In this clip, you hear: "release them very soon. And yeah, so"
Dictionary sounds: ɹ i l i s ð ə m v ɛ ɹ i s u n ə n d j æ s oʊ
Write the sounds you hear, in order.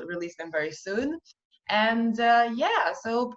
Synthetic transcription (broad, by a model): ɹ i l i s ð ə m v ɛ ɹ i s u n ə n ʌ j æ s oʊ